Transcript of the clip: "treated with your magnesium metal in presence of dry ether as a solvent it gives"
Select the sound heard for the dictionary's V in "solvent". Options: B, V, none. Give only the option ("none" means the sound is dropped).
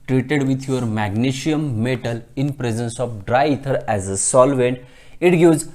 V